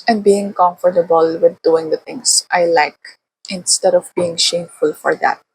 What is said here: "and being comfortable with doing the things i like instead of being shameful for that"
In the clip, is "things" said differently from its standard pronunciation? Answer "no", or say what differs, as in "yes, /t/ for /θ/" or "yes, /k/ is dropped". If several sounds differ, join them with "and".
yes, /t/ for /θ/